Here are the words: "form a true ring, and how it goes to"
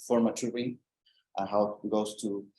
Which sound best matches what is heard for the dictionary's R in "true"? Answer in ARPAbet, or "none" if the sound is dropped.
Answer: none